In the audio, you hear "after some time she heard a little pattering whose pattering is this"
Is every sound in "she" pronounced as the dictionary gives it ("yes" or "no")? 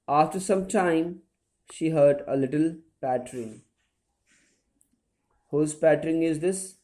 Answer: yes